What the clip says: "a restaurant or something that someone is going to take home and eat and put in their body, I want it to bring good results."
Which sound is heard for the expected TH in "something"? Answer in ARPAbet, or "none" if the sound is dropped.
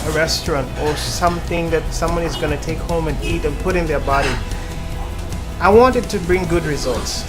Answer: TH